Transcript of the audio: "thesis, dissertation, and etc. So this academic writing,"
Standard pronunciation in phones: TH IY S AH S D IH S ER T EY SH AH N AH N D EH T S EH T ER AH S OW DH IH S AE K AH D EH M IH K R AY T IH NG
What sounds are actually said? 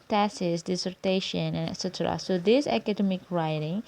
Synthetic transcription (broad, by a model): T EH S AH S D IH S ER T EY SH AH N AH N EH T S EH T ER AH S OW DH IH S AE K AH D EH M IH K R AY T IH NG